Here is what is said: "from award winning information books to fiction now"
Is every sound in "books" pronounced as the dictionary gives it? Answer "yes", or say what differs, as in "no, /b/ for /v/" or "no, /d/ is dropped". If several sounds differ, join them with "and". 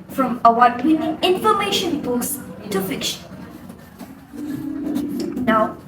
no, /k/ is dropped